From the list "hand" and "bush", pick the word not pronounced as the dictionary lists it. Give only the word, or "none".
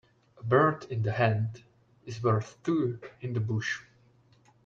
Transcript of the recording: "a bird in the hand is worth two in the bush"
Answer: none